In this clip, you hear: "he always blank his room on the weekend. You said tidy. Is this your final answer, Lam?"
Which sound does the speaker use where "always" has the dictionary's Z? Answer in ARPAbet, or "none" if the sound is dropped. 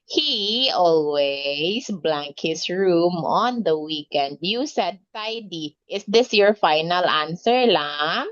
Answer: S